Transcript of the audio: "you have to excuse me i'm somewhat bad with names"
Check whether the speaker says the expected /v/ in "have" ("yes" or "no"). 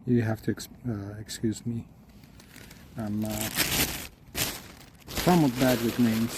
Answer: no